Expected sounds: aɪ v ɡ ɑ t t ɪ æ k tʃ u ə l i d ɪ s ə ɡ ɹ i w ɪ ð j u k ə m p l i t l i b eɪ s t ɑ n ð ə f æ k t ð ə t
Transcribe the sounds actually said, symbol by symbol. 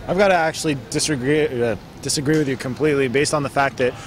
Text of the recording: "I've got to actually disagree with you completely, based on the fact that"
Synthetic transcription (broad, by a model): aɪ v ɡ ɑ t t ɪ æ k tʃ u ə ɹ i d ɪ s ə ɡ ɹ i w ɪ ð j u k ə m p l i t l i b eɪ s t n ð ə f æ k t ð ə t